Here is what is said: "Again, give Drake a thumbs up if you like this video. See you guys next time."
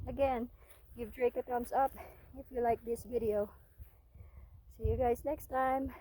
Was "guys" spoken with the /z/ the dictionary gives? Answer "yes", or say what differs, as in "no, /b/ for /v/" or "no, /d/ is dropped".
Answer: yes